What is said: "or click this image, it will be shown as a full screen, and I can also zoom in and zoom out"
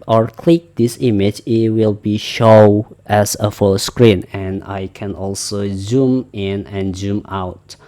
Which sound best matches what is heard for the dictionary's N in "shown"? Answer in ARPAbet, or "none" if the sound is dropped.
none